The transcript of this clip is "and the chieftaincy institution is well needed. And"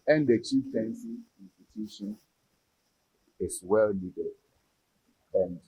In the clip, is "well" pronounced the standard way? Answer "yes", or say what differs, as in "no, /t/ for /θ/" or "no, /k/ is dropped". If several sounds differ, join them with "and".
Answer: yes